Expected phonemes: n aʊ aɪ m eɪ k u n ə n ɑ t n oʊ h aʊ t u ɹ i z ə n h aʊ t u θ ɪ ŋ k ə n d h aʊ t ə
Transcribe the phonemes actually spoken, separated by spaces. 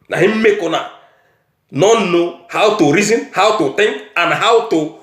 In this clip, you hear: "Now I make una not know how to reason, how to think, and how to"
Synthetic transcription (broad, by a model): n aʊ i m eɪ k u n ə n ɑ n n oʊ h aʊ t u ɹ i z ə n h aʊ t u t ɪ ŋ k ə n h aʊ t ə